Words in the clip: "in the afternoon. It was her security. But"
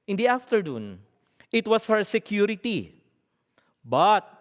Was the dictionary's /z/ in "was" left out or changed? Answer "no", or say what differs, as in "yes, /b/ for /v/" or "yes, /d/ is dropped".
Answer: yes, /s/ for /z/